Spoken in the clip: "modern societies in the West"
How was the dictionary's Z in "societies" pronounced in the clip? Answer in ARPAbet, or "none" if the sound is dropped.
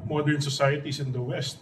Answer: S